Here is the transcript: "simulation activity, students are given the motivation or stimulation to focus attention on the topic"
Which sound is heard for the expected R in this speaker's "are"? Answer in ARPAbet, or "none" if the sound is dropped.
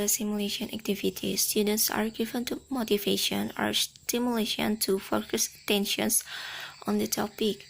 R